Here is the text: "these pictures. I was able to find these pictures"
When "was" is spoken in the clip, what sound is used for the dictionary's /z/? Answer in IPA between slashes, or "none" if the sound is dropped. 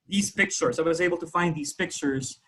/z/